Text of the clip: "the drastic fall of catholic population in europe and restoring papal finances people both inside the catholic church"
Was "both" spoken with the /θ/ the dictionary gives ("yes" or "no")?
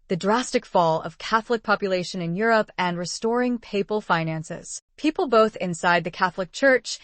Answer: yes